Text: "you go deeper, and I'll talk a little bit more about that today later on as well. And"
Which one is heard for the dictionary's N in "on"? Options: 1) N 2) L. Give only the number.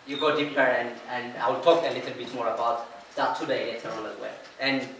2